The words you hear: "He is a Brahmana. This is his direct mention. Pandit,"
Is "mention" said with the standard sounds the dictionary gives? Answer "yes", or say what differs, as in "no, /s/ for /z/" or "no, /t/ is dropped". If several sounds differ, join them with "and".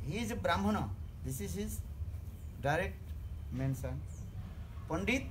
no, /s/ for /ʃ/